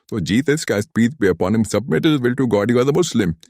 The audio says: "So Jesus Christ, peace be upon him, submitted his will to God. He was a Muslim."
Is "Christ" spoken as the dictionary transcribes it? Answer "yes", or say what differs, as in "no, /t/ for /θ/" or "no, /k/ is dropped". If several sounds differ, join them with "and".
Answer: no, /ɹ/ is dropped